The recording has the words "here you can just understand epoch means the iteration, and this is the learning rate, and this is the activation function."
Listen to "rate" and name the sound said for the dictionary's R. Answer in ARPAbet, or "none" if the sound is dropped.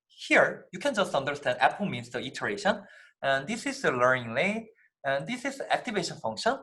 L